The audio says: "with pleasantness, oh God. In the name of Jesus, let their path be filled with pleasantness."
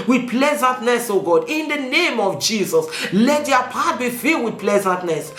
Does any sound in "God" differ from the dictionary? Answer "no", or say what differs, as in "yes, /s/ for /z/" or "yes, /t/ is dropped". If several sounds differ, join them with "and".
no